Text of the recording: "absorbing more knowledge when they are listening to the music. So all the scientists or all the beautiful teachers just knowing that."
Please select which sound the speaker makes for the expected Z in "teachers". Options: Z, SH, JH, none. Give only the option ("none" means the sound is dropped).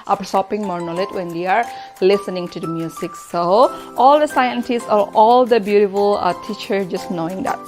none